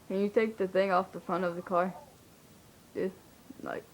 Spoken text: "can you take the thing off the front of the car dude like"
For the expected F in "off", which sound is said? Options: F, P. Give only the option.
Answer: F